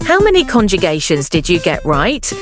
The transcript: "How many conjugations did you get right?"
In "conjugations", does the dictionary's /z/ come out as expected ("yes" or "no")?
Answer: yes